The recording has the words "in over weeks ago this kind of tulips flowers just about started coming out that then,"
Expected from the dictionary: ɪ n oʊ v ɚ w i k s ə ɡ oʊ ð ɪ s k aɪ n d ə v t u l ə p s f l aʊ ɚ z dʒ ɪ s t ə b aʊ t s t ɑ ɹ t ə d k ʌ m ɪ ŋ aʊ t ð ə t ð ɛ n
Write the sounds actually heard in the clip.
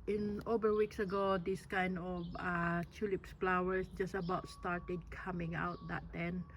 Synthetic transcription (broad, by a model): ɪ n oʊ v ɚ w i k s ə ɡ oʊ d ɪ s k aɪ n d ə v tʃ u l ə p s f l aʊ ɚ s dʒ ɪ s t ə b aʊ t s t ɑ ɹ t ə d k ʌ m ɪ ŋ aʊ t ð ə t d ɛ n